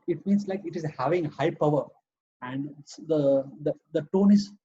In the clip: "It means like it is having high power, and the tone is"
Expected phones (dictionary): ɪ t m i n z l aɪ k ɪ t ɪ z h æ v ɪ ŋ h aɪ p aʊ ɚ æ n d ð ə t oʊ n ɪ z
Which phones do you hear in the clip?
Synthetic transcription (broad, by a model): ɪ t m i n s l aɪ k ɪ t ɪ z h æ v ɪ ŋ h aɪ p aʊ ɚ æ n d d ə t oʊ n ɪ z